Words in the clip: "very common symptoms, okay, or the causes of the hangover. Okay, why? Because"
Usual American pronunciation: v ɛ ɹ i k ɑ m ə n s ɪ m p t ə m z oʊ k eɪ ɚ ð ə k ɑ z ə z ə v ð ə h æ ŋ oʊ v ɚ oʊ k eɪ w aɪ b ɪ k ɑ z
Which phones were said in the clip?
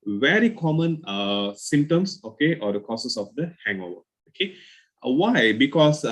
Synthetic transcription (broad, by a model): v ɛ ɹ i k ɑ m ə n s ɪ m t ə m s oʊ k eɪ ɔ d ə k ɑ s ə s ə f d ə h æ ŋ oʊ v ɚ oʊ k eɪ w aɪ b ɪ k ɑ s